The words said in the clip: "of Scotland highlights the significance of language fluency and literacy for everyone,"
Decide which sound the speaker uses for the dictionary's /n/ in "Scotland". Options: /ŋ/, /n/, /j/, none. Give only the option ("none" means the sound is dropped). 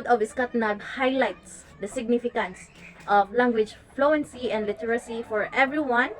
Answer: none